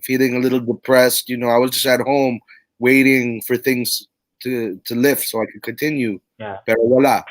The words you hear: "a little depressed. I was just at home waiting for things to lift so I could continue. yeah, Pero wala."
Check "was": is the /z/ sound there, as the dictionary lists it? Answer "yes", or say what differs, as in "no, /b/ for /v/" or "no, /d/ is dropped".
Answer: yes